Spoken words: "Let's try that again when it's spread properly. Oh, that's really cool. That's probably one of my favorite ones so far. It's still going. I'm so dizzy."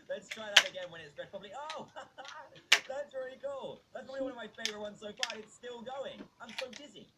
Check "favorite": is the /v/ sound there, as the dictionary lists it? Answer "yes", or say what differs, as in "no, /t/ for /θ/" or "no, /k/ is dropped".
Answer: yes